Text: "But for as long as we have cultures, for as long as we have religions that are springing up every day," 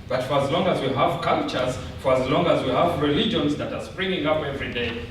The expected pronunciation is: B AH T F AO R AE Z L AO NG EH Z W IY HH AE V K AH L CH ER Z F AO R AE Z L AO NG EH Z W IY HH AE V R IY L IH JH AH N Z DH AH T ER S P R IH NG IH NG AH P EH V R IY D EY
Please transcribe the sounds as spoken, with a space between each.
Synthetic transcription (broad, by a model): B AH T F AO R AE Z L AO NG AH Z W IY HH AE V K AH L CH ER Z F AO R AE Z L AO NG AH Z W IY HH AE V R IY L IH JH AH N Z DH AH T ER S P R IH NG IH NG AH P EH V R IY D EY